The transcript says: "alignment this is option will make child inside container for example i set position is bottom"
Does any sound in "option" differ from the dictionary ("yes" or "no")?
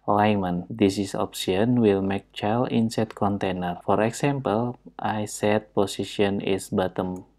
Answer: yes